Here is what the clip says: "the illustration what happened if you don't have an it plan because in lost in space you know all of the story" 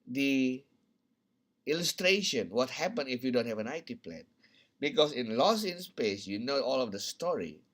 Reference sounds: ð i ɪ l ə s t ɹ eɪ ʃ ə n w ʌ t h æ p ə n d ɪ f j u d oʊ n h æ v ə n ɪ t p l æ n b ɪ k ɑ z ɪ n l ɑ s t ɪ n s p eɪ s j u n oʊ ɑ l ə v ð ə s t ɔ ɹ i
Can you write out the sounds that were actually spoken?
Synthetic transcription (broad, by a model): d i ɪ l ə s t ɹ eɪ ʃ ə n w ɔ t h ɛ p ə n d ɪ f j u d oʊ n h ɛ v ə n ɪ t p l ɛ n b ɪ k ɑ s ɪ n l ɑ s ɪ n s p eɪ s j u n oʊ ɑ l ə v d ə s t ɔ ɹ i